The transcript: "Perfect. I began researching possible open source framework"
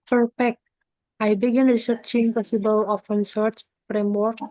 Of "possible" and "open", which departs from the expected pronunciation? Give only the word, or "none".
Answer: open